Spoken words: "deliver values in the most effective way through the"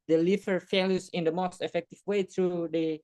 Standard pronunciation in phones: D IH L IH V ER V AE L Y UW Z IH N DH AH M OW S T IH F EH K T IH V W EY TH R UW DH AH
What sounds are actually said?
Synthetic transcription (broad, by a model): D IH L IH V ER F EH L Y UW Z IH N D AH M OW S T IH F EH K T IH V W EY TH R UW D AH